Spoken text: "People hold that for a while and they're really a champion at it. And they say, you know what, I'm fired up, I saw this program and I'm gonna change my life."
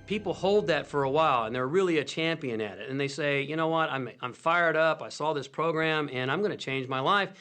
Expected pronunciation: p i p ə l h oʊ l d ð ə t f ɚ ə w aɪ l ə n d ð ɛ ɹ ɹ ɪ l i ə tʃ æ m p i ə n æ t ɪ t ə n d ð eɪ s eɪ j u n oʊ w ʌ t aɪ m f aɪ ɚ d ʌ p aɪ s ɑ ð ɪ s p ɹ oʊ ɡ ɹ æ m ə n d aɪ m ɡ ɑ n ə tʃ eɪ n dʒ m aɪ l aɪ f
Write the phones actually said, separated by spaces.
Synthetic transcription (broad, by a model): p i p l h oʊ l d ð ə t f ɚ ə w aɪ l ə n ð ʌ ɹ ɹ ɪ l i ə tʃ æ m p i ə n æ t ɪ t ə n ð eɪ s eɪ j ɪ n oʊ w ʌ t aɪ m f aɪ ɚ d ʌ p aɪ s ɑ ð ɪ s p ɹ oʊ ɡ ɹ æ m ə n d aɪ m ɡ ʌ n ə tʃ eɪ n dʒ m aɪ l aɪ f